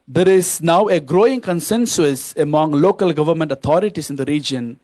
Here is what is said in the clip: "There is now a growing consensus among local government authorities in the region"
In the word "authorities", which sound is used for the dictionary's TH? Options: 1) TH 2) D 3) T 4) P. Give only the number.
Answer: 3